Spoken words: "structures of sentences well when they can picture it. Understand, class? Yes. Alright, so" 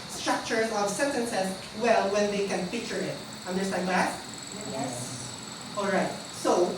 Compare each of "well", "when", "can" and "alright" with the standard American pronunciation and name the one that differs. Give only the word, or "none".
none